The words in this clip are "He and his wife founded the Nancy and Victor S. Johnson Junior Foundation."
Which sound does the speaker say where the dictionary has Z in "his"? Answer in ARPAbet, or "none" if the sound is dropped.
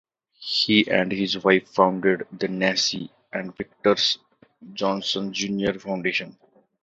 Z